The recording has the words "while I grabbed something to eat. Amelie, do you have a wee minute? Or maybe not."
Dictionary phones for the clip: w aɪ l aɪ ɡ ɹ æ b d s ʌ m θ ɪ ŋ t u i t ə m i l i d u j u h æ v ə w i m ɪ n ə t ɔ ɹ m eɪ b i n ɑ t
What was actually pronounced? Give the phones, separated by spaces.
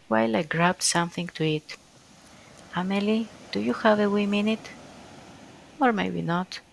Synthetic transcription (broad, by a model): w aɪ l aɪ ɡ ɹ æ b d s ʌ m θ ɪ ŋ t u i t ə m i l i d u j u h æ v ə w i m ɪ n ə t ɔ ɹ m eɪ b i n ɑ t